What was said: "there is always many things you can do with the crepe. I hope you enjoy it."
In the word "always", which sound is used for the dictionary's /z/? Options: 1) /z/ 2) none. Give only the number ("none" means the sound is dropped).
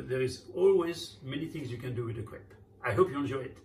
1